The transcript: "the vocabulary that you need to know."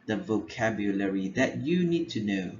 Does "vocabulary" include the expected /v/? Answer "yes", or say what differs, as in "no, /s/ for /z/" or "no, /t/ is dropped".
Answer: yes